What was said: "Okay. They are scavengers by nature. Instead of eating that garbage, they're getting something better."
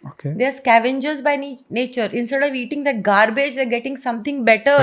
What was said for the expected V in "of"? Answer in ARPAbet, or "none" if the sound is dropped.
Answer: V